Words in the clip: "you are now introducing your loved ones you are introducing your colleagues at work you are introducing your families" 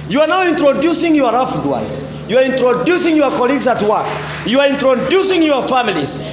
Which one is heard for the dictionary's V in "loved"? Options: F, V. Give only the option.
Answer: F